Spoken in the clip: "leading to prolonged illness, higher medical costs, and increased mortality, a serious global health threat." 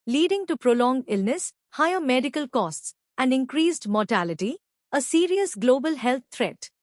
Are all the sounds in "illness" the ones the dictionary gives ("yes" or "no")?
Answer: yes